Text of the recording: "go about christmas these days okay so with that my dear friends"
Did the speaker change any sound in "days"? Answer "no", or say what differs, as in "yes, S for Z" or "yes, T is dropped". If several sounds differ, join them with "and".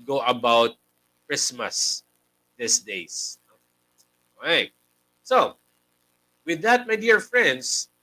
yes, S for Z